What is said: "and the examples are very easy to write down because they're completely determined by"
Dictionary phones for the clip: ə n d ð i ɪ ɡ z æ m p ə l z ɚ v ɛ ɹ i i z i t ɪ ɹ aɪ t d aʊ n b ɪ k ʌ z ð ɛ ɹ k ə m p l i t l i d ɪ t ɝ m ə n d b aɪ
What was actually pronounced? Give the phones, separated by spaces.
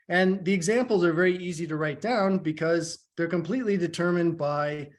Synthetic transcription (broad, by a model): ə n ð i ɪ ɡ z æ m p l z ɚ v ɛ ɹ i i z i t ɪ ɹ aɪ t d aʊ n b ɪ k ʌ z ð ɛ ɹ k ə m p l i t l i d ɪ t ɝ m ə n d b aɪ